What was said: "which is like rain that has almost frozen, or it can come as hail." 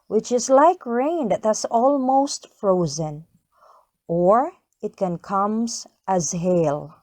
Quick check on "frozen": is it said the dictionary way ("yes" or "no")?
yes